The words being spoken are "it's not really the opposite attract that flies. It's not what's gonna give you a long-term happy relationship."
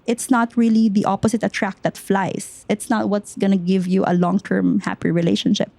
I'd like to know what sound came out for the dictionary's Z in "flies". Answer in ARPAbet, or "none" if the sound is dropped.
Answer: S